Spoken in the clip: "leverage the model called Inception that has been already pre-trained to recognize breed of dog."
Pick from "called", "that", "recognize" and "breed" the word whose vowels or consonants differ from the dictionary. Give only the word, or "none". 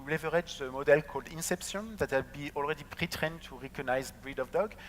none